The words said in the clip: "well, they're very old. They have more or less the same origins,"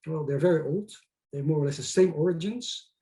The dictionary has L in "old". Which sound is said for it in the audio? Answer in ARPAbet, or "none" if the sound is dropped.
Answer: L